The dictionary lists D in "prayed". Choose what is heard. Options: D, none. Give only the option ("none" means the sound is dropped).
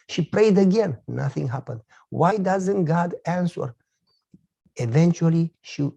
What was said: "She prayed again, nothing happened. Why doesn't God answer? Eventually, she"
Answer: D